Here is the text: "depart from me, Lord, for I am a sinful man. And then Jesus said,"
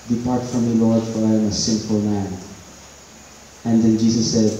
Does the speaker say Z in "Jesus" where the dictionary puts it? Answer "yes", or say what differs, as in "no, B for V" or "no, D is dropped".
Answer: no, S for Z